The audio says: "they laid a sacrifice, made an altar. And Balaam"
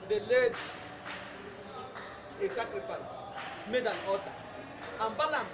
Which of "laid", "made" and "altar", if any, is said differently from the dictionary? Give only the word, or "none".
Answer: altar